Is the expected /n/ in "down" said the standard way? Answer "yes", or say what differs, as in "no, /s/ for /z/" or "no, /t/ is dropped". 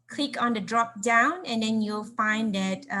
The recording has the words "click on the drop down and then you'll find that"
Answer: yes